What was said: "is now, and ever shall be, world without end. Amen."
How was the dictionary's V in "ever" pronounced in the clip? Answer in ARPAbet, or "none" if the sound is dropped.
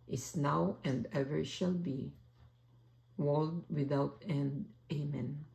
V